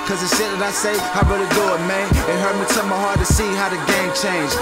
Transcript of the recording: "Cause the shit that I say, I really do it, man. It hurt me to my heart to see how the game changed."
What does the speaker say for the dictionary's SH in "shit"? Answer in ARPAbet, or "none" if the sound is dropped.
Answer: S